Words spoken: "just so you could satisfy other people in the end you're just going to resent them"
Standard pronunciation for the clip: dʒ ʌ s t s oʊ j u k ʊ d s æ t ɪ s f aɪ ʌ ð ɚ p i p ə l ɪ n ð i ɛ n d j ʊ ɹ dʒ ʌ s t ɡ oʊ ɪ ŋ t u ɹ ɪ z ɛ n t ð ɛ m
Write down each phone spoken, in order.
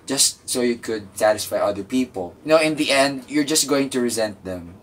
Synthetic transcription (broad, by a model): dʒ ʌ s t s oʊ j u k ʊ d s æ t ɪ s f aɪ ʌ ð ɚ p i p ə l ɪ n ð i ɛ n d j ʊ ɹ dʒ ʌ s t ɡ oʊ ɪ ŋ t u ɹ ɪ z ɛ n t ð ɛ m